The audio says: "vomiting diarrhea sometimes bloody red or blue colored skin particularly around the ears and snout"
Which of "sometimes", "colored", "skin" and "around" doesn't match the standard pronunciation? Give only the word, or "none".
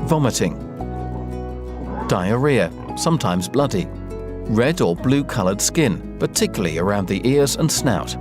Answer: none